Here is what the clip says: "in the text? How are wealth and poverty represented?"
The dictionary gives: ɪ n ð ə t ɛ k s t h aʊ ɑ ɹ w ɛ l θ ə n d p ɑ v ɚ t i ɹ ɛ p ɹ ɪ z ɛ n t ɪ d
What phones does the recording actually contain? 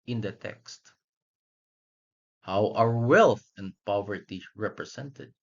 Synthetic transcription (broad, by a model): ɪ n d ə t ɛ k s t h aʊ ɑ ɹ w ɛ l θ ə n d p ɑ v ɚ t i ɹ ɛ p ɹ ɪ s ɛ n t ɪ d